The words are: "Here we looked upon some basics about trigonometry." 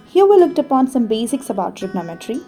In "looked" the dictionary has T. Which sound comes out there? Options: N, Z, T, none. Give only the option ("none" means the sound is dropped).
T